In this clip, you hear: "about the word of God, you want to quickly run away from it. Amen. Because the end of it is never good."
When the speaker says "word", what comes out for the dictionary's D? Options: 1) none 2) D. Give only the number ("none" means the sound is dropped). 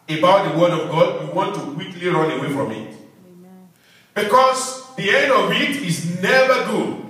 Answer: 2